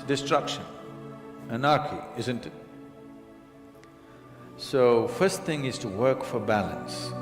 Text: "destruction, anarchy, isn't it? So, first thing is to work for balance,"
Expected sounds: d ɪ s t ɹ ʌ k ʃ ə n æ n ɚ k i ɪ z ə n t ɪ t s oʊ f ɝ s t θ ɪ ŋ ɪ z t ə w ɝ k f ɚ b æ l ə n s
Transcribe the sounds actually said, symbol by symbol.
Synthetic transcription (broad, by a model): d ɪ s t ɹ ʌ k ʃ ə n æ n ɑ k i ɪ z ə n t ɪ t s oʊ f ɝ s t θ ɪ ŋ ɪ z t ə w ɝ k f ɚ b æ l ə n s